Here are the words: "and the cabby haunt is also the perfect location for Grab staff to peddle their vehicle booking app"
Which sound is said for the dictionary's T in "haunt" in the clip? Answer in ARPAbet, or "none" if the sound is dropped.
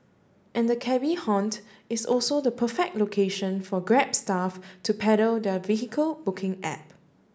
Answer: T